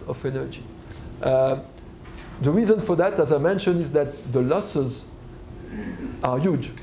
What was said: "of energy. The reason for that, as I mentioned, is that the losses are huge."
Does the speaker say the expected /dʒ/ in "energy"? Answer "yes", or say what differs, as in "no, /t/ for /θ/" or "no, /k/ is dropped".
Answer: yes